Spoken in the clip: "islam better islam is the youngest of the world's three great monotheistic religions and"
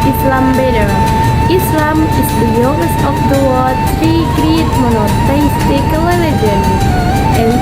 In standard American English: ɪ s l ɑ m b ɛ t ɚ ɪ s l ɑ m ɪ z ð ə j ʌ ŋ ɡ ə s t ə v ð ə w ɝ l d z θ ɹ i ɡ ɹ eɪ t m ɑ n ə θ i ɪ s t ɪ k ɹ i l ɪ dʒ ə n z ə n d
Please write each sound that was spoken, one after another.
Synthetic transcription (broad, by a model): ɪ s l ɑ m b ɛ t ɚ ɪ s l ɑ m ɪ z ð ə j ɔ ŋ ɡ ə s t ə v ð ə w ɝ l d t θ ɹ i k ɹ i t m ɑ n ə t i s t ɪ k l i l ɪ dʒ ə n ə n